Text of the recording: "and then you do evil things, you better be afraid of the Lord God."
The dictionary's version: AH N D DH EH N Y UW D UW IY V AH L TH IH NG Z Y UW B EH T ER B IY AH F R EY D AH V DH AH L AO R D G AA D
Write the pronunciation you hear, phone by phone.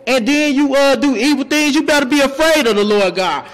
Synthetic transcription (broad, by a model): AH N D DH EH N Y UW D UW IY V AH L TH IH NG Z Y UW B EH T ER B IY AH F R EY D AH V DH AH L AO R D G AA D